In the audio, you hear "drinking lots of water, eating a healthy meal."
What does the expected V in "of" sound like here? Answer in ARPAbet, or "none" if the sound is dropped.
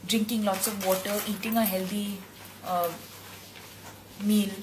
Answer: P